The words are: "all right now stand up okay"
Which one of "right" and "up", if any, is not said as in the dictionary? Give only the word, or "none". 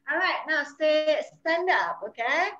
none